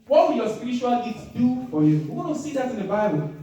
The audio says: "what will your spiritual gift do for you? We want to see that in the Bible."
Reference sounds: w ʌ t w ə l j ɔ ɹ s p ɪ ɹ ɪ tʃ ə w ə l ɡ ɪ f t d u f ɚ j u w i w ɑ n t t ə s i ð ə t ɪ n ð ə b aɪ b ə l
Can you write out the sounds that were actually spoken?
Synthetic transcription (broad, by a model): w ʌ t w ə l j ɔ s p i ɹ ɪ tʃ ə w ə l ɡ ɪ t d u f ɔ j u w i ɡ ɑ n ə s i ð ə t ɪ n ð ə b aɪ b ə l